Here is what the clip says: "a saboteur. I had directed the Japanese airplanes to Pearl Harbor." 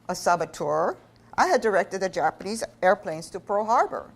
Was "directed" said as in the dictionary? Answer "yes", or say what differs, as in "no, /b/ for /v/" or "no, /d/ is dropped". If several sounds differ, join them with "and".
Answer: yes